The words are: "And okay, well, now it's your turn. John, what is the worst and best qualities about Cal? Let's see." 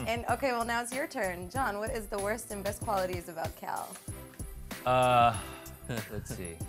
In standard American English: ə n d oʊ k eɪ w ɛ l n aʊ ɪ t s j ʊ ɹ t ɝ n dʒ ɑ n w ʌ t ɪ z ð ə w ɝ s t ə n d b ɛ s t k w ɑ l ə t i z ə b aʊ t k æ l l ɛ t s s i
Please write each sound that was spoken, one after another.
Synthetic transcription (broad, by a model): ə n oʊ k eɪ w ɛ l n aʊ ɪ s j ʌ ɹ t ɝ n dʒ ɑ n w ʌ t ɪ z ð ə w ɝ s t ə n b ɛ s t k w ɑ l ə t i z ə b aʊ t k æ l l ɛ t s s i